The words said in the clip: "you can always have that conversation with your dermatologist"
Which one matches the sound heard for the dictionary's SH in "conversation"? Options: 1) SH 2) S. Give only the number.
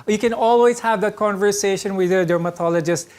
1